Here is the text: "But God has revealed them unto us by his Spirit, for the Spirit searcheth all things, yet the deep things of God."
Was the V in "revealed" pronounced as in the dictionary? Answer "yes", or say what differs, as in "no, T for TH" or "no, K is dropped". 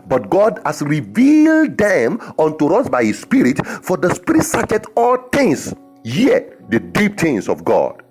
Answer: yes